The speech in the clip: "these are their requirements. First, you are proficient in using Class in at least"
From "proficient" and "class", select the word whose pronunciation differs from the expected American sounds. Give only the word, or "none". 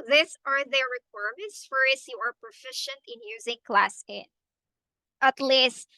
none